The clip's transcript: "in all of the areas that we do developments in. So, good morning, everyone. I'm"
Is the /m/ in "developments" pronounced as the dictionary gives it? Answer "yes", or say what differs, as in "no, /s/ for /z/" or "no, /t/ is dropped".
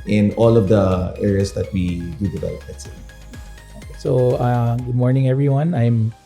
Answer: no, /m/ is dropped